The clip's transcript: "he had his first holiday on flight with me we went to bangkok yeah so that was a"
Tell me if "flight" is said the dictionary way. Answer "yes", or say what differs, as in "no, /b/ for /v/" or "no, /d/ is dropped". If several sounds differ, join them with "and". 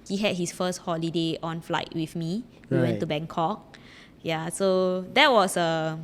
yes